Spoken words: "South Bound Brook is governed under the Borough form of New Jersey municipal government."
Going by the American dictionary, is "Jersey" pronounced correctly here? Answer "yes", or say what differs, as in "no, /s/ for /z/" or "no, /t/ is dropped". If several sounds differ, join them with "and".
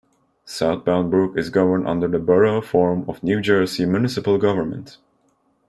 no, /s/ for /z/